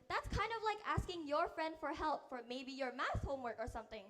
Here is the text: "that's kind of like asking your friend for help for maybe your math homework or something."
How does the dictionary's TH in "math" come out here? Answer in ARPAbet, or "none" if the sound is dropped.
S